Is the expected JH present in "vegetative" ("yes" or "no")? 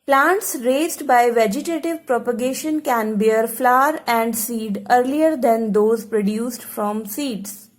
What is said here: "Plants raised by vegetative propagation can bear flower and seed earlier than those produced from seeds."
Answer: yes